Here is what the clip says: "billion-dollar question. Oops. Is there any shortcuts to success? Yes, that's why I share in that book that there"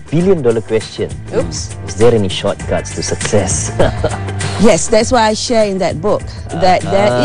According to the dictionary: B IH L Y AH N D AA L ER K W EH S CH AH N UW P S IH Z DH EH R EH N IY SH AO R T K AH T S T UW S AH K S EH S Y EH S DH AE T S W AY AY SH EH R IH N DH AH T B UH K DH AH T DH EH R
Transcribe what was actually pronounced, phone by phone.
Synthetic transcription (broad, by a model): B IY L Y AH N D AA L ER K W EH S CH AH N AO S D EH R EH N IY SH AO T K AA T S T UW S AH K S EH S Y EH S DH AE T S W AY AY SH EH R IH N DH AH T B UH K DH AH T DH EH